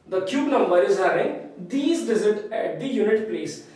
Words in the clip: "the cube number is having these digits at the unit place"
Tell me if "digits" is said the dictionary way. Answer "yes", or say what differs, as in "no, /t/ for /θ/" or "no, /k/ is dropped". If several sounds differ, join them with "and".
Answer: no, /z/ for /dʒ/ and /s/ is dropped